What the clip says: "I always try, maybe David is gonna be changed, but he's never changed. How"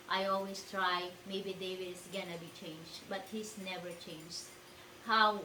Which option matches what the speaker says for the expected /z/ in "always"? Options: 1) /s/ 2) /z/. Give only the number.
1